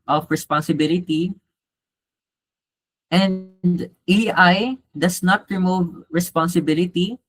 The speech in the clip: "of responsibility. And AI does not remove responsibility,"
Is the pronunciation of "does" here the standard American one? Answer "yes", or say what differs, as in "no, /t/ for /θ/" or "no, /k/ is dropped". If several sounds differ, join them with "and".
no, /s/ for /z/